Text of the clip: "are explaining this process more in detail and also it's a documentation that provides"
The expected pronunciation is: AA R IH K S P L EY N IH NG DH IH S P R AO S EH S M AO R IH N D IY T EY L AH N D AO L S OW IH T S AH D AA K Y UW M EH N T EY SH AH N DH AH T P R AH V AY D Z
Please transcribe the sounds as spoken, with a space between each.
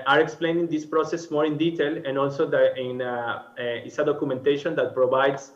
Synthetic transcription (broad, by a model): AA R IH K S P L EY N IH NG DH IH S P R AO S EH S M AO R IH N D IY T EY L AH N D AO L S OW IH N S AH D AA K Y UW M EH N T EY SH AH N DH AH T P R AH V AY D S